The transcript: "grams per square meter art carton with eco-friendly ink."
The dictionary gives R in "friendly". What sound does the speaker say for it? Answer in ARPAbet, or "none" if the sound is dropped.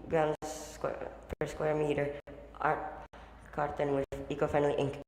none